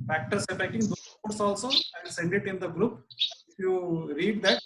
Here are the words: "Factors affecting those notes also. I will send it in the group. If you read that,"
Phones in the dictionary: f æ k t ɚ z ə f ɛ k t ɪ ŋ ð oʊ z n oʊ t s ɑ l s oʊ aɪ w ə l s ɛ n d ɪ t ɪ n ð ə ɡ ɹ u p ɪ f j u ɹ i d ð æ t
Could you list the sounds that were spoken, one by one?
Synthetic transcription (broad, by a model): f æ k t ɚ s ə p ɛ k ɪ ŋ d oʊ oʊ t s ɑ l s oʊ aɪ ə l s ɛ n d ɪ t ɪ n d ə ɡ ɹ u p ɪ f j u ɹ i d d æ t